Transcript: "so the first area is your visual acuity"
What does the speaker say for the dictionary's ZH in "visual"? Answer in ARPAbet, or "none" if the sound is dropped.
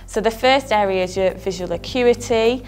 ZH